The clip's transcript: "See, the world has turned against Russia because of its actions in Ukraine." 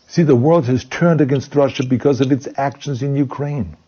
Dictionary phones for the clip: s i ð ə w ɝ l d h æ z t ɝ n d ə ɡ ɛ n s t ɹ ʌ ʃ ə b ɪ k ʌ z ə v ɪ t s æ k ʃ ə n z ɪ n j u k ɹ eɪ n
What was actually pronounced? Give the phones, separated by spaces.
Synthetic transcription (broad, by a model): s i ð ə w ɝ l d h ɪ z t ɝ n d ə ɡ ɛ n s t ɹ ʌ ʃ ə b ɪ k ʌ z ə v ɪ t s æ k ʃ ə n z ɪ n j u k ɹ eɪ n